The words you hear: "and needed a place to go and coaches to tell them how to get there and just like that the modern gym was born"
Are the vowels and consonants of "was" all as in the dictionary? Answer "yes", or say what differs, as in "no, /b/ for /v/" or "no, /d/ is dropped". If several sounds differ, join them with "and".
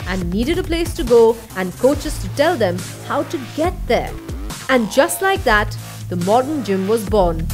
yes